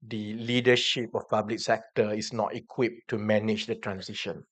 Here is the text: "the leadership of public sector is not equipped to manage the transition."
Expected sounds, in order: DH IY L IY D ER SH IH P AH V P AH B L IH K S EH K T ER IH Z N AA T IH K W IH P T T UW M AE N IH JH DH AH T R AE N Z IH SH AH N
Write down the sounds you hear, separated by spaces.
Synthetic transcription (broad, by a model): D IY L IY D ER SH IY P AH F P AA B L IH K S EH K T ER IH S N AA T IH K W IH P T T UW M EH N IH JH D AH T R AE N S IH SH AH N